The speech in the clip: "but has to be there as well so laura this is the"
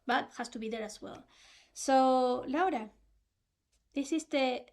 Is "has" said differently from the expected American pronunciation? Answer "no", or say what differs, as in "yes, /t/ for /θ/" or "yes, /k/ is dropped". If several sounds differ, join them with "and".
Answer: yes, /s/ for /z/